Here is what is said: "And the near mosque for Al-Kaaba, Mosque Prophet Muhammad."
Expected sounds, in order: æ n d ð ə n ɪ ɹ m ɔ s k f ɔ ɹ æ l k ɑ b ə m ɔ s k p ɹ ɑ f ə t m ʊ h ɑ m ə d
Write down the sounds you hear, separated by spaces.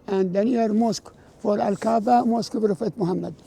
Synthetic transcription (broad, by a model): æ n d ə n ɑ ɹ m ɔ s k f ɔ ɹ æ l k ɑ b ə m ɔ s k b ɹ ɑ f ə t m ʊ h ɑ m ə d